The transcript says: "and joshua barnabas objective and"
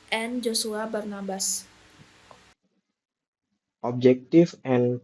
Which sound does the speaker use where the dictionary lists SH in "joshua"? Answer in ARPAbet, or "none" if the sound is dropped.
S